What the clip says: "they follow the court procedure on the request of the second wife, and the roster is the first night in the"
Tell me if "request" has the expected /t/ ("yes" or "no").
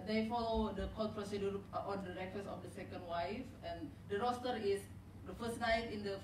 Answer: no